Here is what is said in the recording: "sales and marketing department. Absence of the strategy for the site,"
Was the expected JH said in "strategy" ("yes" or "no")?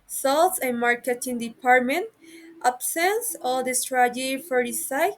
no